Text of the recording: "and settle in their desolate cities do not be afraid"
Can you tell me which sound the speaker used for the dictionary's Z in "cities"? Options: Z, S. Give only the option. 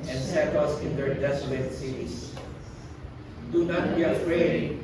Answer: S